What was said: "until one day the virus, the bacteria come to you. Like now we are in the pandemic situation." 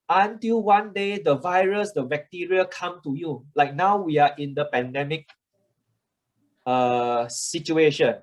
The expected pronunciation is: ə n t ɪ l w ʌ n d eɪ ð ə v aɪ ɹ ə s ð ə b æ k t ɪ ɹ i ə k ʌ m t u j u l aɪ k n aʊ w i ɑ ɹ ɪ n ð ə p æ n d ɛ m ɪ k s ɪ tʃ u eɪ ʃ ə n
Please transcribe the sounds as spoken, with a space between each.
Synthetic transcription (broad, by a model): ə n t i l w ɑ n d eɪ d ə v aɪ ɹ ə s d ə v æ k t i ɹ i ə k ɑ m t u j u l aɪ k n aʊ w i ɑ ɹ ɪ n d ə p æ n d ɛ m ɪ k s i tʃ u eɪ ʃ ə n